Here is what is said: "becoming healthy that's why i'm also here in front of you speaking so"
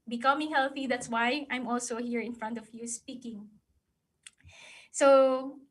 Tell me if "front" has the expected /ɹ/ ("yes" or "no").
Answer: yes